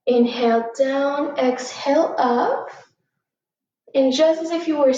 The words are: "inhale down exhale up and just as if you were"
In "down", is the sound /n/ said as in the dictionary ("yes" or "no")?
yes